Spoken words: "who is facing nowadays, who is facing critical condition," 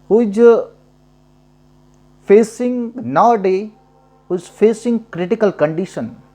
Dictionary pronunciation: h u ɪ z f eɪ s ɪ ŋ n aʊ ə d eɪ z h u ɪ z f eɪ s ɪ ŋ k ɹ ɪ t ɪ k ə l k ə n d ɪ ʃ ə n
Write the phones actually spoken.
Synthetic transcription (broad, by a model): h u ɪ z f eɪ s ɪ ŋ n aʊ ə d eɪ h u ɪ z f eɪ s ɪ ŋ k ɹ ɪ t ɪ k ə l k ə n d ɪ ʃ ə n